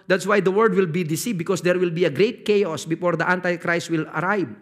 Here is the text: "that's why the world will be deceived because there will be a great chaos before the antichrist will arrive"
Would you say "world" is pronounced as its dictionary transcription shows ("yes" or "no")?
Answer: no